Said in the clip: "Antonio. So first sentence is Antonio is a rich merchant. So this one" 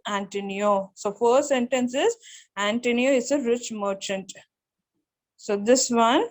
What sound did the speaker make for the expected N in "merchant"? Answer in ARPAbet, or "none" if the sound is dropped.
N